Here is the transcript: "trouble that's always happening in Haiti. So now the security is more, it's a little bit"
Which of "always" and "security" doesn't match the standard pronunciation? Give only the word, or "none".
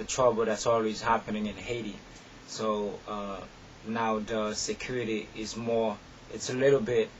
none